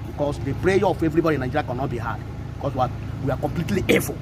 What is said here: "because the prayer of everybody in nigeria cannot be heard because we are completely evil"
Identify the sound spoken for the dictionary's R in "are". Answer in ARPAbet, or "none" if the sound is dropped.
W